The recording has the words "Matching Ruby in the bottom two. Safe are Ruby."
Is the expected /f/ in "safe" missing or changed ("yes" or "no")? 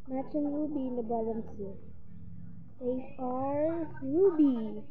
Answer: yes